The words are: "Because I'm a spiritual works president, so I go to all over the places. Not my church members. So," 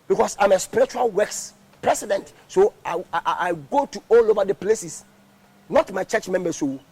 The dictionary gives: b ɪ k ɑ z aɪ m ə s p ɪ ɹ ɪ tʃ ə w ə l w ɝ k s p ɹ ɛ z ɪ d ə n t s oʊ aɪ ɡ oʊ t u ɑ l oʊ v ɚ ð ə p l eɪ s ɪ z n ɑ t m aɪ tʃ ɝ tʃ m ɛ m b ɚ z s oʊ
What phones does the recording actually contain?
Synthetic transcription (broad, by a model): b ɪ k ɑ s aɪ m ə s p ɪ ɹ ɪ tʃ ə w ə l w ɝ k s p ɹ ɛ s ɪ d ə n t s oʊ aɪ ɡ oʊ t u ɑ l oʊ v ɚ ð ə p l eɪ s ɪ s n ɑ t m aɪ tʃ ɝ tʃ m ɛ m b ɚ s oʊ